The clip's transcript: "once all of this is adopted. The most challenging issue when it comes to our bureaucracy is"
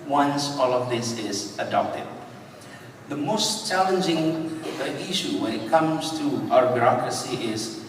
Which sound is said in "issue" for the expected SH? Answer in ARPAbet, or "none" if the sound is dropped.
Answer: SH